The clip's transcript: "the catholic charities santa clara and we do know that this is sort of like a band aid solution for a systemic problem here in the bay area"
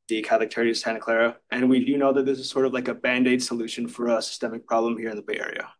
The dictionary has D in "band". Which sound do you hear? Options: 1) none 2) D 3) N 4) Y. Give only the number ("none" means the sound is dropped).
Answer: 2